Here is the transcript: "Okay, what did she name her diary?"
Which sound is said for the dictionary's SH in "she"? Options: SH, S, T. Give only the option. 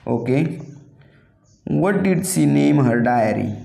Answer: S